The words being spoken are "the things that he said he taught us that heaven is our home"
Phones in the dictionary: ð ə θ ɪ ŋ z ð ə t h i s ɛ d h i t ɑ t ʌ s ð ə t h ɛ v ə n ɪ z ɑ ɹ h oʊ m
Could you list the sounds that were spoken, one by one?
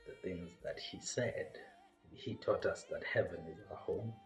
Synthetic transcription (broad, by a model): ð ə θ ɪ ŋ z ð ə t h i s ɛ d h i t ɑ t ʌ s ð ə t h ɛ v ə n ɪ z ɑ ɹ h oʊ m